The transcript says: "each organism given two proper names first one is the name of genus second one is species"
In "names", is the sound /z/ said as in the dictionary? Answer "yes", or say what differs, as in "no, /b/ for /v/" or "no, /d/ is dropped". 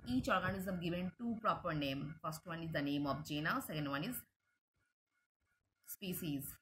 no, /z/ is dropped